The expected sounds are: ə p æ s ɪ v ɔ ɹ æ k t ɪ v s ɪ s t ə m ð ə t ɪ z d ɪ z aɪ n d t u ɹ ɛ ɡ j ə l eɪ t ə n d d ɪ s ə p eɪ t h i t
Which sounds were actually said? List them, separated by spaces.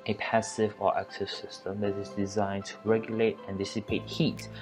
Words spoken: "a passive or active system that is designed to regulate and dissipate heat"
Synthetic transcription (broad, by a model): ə p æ s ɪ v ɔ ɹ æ k s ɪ s ɪ s t ə m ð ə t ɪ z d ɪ z aɪ n t u ɹ ɛ ɡ j ə l eɪ t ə n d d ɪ s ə p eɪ t h i t